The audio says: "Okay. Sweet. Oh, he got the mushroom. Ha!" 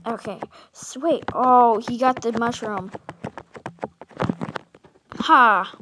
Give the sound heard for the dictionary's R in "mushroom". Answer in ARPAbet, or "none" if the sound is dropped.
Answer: R